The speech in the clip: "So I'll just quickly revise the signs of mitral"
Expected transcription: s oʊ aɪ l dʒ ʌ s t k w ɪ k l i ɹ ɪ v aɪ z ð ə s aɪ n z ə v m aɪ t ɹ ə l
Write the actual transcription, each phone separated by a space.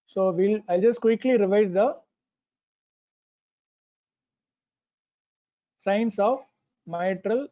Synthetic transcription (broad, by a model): s oʊ aɪ l dʒ ʌ s t k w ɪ k l i ɹ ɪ v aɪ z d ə s aɪ n s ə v m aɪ t ɹ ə l